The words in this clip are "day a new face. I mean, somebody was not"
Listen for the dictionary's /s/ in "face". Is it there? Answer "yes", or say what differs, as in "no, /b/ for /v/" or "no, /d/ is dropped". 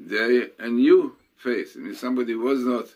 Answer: no, /θ/ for /s/